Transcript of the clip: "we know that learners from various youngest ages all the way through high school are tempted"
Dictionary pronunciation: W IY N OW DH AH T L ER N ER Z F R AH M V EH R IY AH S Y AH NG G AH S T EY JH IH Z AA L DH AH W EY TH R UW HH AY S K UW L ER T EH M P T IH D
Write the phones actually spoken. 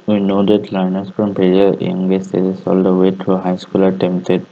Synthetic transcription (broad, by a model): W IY N OW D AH T L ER N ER S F R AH M P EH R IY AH Y AH NG G AH S T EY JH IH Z AA L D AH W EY T R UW HH AY S K UW L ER T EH M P T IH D